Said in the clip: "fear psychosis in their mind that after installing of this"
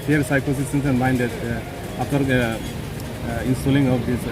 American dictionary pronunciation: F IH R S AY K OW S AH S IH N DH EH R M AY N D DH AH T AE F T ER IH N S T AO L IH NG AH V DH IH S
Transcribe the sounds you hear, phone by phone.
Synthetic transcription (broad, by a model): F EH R S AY K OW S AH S IH N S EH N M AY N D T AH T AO T IH N S T AO L IH NG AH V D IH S